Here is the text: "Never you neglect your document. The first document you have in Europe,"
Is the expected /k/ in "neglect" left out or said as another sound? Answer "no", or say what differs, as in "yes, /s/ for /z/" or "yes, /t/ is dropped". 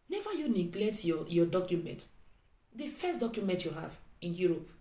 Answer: no